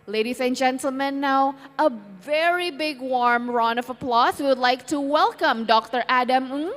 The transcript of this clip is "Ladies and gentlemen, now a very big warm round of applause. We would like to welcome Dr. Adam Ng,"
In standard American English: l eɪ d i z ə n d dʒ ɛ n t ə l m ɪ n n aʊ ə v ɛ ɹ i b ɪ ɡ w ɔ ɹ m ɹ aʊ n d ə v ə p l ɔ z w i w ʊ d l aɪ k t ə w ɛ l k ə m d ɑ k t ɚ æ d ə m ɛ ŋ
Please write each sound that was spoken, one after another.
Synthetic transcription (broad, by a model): l eɪ d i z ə n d dʒ ɛ n t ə l m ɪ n n aʊ ə v ɛ ɹ i b ɪ ɡ w ɔ ɹ m ɹ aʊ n ə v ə p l ɔ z w i w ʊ d l aɪ k t ə w ɛ l k ə m d ɑ k t ɚ æ d ə m